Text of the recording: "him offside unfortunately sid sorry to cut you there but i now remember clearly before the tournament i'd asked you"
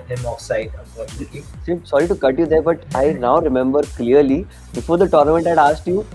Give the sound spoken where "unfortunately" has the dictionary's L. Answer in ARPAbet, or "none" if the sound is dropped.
none